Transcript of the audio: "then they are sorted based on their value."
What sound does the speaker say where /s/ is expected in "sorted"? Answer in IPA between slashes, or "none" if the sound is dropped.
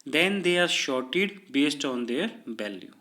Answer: /ʃ/